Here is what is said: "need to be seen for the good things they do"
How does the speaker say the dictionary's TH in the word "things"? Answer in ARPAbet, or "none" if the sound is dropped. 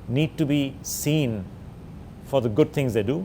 T